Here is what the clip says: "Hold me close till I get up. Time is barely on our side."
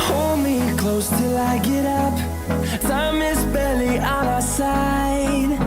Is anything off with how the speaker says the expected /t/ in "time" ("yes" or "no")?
yes